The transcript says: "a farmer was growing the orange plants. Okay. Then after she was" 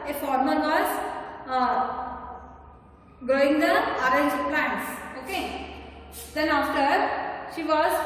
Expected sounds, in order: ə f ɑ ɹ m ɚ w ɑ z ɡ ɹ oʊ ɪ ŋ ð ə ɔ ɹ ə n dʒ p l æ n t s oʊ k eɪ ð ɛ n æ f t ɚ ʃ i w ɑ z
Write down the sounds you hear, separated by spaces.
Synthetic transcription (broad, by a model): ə f ɑ ɹ m ɚ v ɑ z ɡ ɹ oʊ ɪ ŋ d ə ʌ ɹ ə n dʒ p l æ n t s oʊ k eɪ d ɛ n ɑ f t ɚ ʃ i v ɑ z